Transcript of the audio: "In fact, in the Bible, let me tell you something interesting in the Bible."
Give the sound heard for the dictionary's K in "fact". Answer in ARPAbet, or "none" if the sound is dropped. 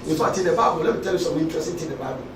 none